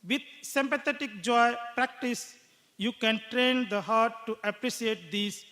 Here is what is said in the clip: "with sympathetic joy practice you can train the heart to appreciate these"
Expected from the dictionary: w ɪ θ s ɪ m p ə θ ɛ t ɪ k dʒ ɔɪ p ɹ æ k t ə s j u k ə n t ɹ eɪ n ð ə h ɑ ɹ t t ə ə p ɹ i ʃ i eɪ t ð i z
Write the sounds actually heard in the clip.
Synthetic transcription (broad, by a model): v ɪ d s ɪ m p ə t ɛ t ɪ k dʒ ɔɪ p ɹ æ k t ə s j u k ə n t ɹ eɪ n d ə h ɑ ɹ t t ə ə p ɹ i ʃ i eɪ t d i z